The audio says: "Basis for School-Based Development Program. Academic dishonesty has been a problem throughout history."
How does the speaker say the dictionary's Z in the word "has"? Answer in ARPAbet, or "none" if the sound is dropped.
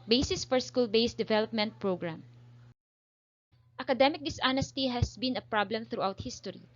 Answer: S